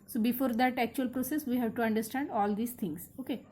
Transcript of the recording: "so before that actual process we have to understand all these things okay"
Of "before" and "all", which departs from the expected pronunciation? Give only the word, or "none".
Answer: none